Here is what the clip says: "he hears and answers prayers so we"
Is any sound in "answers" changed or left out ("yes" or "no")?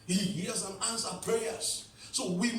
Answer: yes